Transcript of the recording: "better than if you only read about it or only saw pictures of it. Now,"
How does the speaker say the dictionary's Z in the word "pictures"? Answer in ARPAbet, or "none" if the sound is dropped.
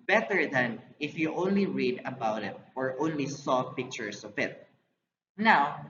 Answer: S